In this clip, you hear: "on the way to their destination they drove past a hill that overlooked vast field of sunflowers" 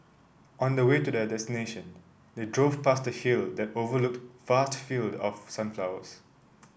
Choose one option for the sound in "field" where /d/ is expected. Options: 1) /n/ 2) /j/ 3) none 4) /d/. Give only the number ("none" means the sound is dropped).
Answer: 4